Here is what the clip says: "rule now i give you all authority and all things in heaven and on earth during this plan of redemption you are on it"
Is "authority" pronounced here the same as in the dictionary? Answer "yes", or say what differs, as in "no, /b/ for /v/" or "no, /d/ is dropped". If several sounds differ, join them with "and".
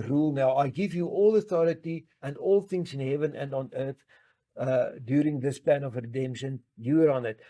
yes